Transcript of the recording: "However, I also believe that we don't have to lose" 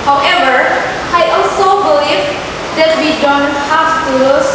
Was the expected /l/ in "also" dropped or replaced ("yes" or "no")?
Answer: no